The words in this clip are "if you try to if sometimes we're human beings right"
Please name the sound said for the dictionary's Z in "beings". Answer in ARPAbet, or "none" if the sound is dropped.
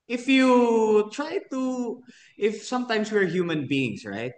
S